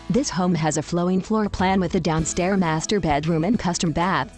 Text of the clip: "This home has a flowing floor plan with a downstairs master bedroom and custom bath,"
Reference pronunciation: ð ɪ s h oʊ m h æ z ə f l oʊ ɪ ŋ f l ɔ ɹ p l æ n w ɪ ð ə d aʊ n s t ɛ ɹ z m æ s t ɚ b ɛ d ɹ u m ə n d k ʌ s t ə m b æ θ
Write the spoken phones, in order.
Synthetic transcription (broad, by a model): ð ɪ s h oʊ m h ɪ z ə f l oʊ ɪ ŋ f l ɔ ɹ p l æ n w ɪ ð ə d aʊ n s t ɛ ɹ m æ s t ɚ b ɛ d ɹ u m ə n k ʌ s t ə m b æ θ